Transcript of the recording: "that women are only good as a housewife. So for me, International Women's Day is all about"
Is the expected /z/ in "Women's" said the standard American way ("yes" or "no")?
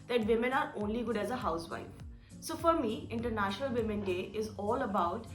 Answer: no